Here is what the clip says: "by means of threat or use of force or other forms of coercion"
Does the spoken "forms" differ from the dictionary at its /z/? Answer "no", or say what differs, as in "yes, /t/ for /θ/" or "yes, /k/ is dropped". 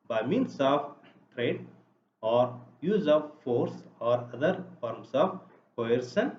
yes, /s/ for /z/